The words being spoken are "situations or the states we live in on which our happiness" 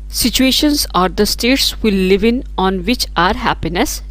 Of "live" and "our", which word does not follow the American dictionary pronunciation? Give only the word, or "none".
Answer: none